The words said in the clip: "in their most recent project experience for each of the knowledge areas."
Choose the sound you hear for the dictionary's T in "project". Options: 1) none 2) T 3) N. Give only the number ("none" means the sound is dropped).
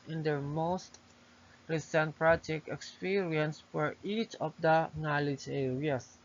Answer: 1